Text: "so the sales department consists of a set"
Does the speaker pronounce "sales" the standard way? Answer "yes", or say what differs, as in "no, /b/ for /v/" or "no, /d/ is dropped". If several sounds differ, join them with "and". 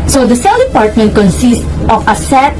no, /z/ is dropped